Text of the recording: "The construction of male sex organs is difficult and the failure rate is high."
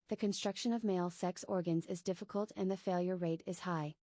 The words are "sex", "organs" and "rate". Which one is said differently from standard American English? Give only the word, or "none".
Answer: none